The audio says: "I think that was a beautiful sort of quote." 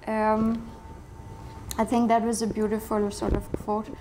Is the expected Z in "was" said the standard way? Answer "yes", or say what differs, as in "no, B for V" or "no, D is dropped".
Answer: yes